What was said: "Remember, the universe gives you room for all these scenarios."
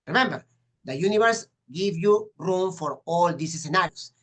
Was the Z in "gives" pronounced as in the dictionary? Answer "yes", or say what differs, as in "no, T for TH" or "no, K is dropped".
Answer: no, Z is dropped